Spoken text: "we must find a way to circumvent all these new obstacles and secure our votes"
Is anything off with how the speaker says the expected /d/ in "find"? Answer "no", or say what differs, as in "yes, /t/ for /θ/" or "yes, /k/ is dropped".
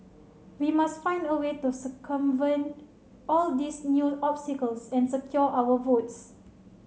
no